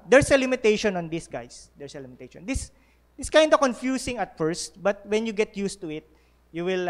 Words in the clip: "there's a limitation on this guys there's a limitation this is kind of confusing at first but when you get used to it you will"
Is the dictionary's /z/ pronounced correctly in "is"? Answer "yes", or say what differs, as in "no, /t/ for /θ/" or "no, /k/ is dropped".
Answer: no, /s/ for /z/